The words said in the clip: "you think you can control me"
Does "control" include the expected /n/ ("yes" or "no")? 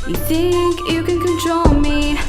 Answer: yes